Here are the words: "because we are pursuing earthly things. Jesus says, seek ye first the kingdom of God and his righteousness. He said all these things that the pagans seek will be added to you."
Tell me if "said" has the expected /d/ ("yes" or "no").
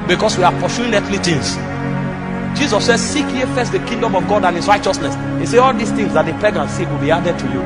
no